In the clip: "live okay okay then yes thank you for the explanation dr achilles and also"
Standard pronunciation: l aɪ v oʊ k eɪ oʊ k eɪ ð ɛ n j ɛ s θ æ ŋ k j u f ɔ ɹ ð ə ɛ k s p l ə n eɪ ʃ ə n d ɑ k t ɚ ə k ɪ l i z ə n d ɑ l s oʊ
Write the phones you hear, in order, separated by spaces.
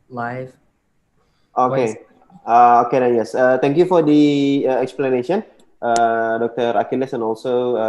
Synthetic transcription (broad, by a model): l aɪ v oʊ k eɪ oʊ k eɪ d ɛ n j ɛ s t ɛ ŋ k j u f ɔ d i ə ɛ k s p l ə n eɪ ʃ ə n d ɑ k t ɚ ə k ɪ l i s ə n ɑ l s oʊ